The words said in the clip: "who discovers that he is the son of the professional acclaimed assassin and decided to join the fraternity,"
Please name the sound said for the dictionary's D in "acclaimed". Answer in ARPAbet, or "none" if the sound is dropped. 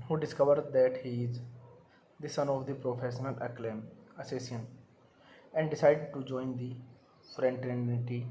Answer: none